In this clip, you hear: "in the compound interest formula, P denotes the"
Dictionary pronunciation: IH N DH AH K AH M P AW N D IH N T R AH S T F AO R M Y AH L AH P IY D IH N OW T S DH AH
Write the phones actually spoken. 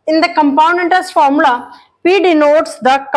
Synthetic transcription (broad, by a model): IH N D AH K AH M P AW N EH N T AH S F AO R M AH L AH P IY D IH N OW T S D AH